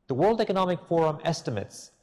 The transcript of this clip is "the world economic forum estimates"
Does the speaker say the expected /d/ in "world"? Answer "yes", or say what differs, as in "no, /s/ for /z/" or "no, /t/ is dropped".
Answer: yes